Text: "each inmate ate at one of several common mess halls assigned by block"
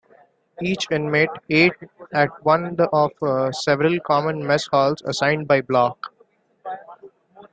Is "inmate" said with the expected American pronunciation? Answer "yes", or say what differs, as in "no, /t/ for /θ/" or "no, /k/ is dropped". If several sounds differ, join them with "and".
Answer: yes